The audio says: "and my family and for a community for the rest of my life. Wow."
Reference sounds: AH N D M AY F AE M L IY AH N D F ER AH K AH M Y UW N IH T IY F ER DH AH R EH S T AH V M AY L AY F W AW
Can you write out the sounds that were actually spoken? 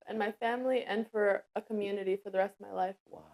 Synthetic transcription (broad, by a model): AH N M AY F AE M L IY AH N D F ER AH K AH M Y UW N IH T IY F ER DH AH R EH S T AH V M AY L AY F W